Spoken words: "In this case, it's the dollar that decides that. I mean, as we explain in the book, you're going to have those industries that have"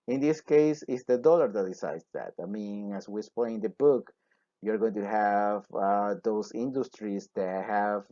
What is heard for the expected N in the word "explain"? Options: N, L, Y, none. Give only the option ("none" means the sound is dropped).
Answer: none